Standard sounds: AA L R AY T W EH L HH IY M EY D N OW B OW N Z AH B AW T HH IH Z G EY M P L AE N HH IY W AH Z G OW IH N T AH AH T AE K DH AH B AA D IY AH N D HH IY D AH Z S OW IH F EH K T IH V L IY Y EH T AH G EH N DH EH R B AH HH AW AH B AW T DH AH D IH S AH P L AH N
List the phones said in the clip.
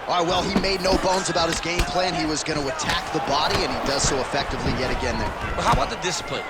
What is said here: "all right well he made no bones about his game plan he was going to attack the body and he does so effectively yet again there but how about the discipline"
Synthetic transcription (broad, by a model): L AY W EH L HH IY M EY D N OW B OW N Z AH B AW T HH IH Z G EY M P L AE N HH IY W AH Z G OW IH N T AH AH T AE K DH AH B AA D IY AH N IY D AH Z S OW IH F EH K T IH V L IY Y EH T AH G EH N DH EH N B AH HH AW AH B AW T DH AH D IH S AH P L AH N